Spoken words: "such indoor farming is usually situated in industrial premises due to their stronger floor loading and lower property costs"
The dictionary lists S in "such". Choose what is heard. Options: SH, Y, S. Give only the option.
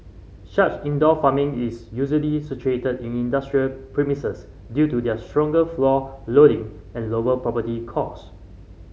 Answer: SH